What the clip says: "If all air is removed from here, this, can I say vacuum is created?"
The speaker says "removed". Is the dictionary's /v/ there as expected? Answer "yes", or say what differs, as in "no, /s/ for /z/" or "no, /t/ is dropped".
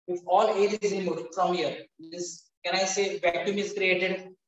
no, /v/ is dropped